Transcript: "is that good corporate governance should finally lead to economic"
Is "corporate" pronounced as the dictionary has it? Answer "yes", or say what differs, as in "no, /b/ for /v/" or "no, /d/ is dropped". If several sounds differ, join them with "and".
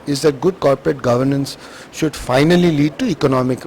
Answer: yes